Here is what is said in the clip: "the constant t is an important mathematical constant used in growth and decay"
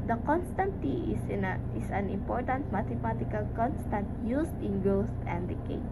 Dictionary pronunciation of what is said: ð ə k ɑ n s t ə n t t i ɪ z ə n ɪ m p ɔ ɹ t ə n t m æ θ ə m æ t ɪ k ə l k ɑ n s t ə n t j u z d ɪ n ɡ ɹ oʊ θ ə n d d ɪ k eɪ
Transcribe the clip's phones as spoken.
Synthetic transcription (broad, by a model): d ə k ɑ n s t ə n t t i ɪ s ə n ɪ m p ɔ ɹ t ə n t m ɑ t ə m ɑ t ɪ k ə l k ɑ n s t ə n t j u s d ɪ n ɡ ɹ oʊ t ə n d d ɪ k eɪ